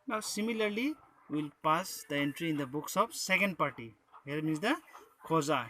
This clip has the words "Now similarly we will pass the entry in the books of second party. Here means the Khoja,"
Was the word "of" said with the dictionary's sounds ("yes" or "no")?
no